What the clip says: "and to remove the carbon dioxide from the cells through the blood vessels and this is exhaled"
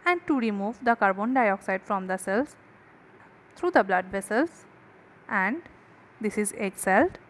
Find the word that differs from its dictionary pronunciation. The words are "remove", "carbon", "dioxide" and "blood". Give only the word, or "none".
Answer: none